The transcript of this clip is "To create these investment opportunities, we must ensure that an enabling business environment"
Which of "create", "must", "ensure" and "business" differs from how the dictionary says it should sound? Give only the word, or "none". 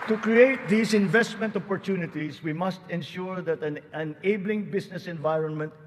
business